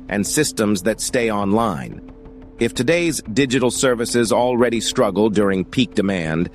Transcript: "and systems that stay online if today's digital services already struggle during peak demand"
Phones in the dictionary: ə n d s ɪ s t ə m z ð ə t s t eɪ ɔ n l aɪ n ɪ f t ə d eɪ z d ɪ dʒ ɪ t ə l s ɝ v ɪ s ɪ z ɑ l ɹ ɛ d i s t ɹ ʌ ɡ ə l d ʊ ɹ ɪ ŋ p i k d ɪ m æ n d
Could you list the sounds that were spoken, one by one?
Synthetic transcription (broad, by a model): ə n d s ɪ s t ə m z ð ə t s t eɪ ɔ n l aɪ n ɪ f t ə d eɪ z d ɪ dʒ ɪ t l s ɝ v ɪ s ɪ z ɑ l ɹ ɛ d i s t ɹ ʌ ɡ l d ʊ ɹ ɪ ŋ p i k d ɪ m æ n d